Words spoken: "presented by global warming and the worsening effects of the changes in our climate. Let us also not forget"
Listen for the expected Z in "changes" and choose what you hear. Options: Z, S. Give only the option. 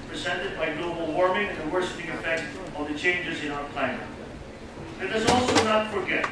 Z